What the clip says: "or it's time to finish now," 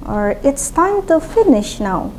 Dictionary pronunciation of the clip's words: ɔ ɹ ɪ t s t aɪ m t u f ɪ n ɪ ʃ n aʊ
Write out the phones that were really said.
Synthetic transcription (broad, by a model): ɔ ɹ ɪ t s t aɪ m t u f ɪ n ɪ ʃ n aʊ